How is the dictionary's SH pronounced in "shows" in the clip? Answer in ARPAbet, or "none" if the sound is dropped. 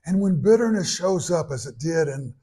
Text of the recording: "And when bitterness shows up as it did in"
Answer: SH